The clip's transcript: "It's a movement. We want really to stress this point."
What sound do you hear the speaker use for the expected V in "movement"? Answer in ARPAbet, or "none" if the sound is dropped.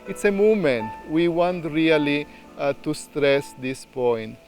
none